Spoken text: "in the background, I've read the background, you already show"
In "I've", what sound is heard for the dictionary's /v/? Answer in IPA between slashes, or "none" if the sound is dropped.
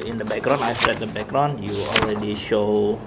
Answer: /p/